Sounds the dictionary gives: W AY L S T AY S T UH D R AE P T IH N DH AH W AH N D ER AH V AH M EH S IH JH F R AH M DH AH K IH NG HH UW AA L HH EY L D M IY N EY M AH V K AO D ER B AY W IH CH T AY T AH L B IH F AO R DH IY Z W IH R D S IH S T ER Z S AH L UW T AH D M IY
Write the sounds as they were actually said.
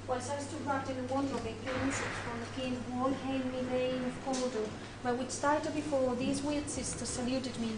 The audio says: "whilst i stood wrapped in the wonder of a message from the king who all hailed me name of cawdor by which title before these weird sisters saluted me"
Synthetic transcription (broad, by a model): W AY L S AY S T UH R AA T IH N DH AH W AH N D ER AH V AH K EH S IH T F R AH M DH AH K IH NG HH AA L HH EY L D M IY L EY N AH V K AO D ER B AY W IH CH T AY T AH B IH F AO R DH IY Z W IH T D S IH S T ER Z S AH L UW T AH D M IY